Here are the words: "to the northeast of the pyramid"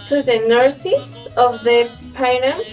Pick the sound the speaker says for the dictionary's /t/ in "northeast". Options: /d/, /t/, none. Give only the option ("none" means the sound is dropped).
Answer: none